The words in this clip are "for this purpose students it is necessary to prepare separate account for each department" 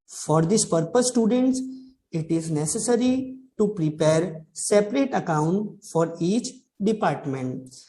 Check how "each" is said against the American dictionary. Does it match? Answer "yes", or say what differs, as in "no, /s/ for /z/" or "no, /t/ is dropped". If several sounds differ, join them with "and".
yes